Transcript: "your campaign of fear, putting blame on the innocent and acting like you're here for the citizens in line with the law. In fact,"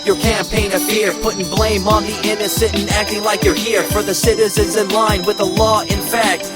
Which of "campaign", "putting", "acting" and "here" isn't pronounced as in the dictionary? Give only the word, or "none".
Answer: none